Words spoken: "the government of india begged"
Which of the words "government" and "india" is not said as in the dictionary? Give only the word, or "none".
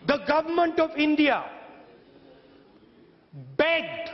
none